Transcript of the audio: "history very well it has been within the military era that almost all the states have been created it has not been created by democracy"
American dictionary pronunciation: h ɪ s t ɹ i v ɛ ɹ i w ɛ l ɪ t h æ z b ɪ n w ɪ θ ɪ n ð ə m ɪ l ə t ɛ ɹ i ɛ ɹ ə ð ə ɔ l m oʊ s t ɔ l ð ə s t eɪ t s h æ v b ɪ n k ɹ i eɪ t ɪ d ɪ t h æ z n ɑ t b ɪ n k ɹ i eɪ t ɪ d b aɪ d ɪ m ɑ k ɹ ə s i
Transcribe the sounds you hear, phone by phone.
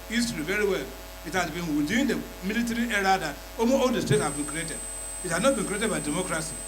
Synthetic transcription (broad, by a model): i s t ɹ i v ɛ ɹ i w ɛ l ɪ t h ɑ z b ɪ n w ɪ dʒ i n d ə m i l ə t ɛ ɹ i ɛ ɹ ə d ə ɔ m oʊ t ɔ l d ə s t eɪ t h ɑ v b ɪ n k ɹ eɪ t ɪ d ɪ t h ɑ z n ɑ t b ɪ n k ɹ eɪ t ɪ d b aɪ d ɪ m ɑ k ɹ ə s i